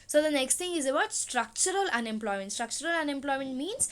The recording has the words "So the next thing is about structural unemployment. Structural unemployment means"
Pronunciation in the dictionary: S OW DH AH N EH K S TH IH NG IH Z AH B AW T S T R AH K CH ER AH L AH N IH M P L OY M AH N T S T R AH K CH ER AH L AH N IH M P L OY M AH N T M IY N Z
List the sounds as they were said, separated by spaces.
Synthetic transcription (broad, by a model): S OW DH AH N EH K S T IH NG IH Z AH B AW T S T R AH K CH ER AH L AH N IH M P L OY M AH N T S T R AH K CH ER AH L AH N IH M P L OY M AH N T M IY N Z